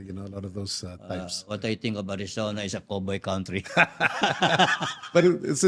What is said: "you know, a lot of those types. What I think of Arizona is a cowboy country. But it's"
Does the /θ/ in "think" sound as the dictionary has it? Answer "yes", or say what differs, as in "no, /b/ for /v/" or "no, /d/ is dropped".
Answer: no, /t/ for /θ/